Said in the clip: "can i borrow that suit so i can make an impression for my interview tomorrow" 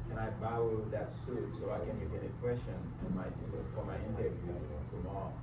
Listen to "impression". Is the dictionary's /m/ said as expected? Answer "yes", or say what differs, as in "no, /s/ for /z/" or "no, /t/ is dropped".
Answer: no, /m/ is dropped